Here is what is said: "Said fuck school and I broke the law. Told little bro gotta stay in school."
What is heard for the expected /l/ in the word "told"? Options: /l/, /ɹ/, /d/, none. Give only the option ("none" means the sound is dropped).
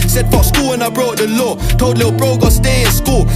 none